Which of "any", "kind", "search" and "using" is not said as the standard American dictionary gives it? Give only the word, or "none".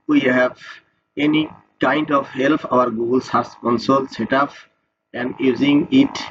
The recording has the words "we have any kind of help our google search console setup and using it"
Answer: search